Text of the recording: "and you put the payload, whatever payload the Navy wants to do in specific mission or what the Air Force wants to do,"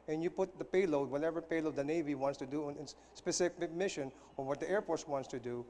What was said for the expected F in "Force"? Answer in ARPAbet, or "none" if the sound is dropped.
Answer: P